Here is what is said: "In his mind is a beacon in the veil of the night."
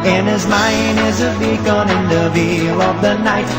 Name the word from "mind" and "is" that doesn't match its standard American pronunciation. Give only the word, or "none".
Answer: none